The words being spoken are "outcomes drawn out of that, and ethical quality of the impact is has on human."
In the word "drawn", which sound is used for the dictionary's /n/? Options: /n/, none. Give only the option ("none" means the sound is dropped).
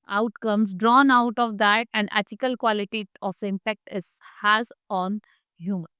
/n/